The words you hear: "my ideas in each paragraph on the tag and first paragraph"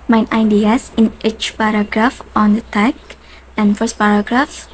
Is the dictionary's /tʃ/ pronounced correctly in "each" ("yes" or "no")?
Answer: yes